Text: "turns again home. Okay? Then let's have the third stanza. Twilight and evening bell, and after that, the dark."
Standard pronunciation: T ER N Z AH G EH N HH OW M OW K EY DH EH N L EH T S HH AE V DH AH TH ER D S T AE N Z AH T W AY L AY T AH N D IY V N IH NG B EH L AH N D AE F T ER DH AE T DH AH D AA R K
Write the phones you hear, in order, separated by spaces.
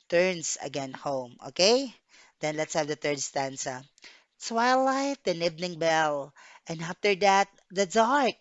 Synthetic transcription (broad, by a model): T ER N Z AH G EH N HH OW M OW K EY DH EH N L EH T S HH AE V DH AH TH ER D S T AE N S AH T W AY L AY T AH N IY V N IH NG B EH L AH N D AE F T ER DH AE T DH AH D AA R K